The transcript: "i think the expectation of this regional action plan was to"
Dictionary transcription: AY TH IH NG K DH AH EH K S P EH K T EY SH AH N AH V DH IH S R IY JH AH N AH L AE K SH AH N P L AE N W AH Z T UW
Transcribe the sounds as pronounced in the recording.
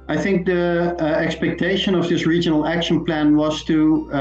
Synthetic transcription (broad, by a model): AY TH IH NG K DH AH EH K S P EH K T EY SH AH N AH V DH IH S R IY JH AH N AH L AE K SH AH N P L AE N W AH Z T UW